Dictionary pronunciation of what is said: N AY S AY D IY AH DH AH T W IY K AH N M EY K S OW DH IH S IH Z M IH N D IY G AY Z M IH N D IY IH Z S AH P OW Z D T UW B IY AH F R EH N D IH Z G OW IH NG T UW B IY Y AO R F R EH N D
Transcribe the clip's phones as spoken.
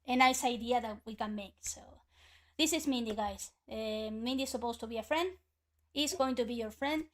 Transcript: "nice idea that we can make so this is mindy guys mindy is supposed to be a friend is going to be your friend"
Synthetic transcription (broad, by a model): N AY S AY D IY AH DH AH T W IY K AH N M EY K S OW DH IH S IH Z M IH N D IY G AY S M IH N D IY S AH P OW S T UW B IY AH F R EH N D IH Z G OW IH NG T UW B IY Y AO R F R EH N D